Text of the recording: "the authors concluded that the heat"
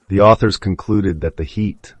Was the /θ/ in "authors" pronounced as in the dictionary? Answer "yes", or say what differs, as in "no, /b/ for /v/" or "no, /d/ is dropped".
yes